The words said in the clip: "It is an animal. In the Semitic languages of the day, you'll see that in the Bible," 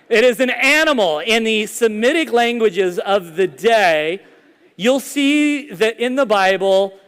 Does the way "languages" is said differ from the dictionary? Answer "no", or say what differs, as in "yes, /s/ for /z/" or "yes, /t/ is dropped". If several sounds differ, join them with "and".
no